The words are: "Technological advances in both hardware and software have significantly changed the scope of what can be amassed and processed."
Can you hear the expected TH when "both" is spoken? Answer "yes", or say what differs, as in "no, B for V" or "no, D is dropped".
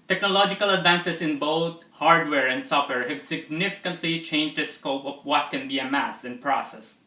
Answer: no, T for TH